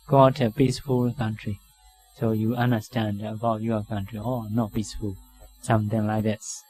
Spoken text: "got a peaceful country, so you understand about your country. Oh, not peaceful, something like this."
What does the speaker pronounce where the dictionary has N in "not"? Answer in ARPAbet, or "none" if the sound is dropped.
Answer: N